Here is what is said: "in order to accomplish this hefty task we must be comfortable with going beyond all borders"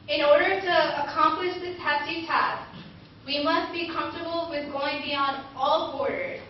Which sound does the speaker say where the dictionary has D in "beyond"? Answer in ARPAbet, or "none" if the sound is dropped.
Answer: D